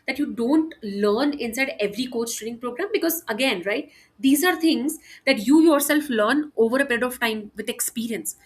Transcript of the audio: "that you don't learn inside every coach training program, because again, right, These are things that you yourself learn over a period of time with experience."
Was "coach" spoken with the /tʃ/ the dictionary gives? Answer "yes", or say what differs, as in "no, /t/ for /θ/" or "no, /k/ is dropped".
no, /s/ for /tʃ/